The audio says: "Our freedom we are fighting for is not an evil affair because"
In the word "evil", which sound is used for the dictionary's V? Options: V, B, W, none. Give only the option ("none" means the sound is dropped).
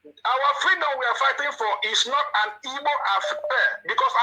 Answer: B